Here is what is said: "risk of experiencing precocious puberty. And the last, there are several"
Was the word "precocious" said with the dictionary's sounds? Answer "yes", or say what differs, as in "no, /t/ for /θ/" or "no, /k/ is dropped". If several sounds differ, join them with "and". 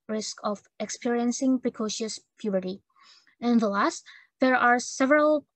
yes